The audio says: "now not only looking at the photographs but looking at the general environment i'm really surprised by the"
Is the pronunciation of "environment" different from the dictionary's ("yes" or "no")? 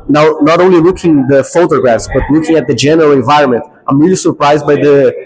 no